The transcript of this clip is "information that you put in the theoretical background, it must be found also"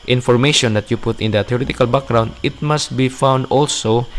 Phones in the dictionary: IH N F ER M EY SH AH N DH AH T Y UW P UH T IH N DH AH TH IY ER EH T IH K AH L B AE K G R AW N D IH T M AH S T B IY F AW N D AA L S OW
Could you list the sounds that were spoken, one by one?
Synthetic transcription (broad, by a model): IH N F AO M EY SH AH N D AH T Y UW P UH T IH N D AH T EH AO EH T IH K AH L B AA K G R AW N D IH T M AH S T B IY F AW N D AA L S OW